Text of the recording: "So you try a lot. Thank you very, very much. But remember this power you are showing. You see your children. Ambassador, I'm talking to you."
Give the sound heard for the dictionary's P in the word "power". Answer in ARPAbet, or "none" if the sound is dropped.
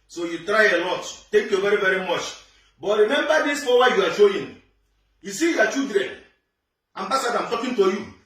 F